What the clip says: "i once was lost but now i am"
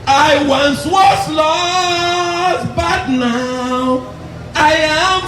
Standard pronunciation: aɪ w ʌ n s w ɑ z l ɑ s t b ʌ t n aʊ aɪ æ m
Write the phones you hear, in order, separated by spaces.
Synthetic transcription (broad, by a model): aɪ w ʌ n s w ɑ s l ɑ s b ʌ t n aʊ aɪ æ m